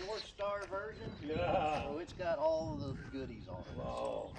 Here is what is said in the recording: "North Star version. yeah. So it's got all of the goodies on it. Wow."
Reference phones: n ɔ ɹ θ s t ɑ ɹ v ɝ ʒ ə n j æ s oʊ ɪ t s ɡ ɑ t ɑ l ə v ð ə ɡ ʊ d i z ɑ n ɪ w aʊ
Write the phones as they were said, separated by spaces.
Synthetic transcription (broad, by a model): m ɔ ɹ s t ɑ ɹ v ɝ ʒ ə n j æ s oʊ ɪ t s ɡ ɑ t ɑ l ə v ð ə ɡ ʊ d i z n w